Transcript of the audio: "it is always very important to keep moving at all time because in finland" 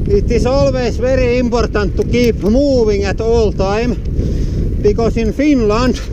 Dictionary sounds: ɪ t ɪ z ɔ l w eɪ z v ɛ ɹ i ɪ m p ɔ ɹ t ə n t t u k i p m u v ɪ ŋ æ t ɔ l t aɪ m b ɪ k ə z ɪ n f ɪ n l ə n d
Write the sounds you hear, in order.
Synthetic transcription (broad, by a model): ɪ t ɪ s ɔ l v eɪ s v ɛ ɹ i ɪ m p ɔ ɹ t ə n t t u k i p m u v ɪ ŋ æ t ɔ l t aɪ m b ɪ k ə s ɪ n f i n l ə n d